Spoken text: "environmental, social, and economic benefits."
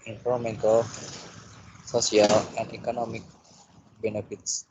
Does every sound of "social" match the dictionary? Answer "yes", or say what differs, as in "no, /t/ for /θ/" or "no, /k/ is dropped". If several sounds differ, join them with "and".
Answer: no, /s/ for /ʃ/